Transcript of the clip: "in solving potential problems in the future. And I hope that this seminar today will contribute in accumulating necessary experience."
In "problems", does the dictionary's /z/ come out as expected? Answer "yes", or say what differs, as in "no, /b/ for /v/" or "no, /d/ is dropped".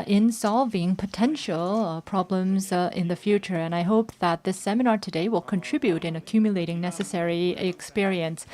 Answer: yes